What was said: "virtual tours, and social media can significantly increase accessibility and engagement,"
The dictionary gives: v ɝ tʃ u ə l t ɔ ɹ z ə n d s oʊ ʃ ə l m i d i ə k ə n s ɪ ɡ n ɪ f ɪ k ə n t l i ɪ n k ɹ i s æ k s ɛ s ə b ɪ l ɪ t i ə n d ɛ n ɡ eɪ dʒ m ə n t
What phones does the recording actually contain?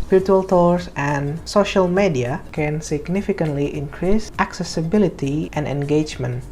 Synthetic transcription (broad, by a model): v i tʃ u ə l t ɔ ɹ s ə n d s oʊ ʃ ə l m i d i ə k ə n s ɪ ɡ n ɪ f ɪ k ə n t l i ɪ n k ɹ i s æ k s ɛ s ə b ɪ l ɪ t i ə n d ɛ n ɡ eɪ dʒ m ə n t